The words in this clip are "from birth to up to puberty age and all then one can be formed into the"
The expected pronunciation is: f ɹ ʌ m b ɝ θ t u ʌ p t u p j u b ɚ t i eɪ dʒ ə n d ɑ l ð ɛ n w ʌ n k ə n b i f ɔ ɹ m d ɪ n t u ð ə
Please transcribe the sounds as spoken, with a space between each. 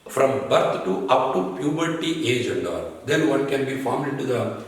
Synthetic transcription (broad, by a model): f ɹ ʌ m b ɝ t t u ʌ p t u p j u b ɚ t i eɪ dʒ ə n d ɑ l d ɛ n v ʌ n k ə n b i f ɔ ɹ m ɪ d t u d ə